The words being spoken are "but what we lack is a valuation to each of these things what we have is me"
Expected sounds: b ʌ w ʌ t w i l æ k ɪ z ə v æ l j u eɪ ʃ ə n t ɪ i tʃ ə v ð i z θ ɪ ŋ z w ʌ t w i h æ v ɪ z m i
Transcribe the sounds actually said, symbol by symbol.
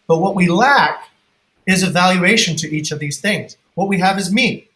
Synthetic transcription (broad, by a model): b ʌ w ʌ t w i l æ k ɪ z ə v æ l j u eɪ ʃ ə n t ɪ i tʃ ə v ð i z θ ɪ ŋ z w ʌ t w i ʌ v ɪ z m i